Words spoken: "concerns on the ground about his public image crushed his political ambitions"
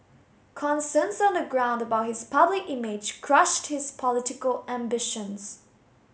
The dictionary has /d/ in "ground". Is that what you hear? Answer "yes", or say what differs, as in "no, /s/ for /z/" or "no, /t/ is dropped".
yes